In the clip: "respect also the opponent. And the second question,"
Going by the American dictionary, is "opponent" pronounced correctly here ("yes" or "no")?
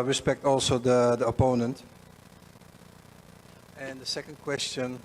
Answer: yes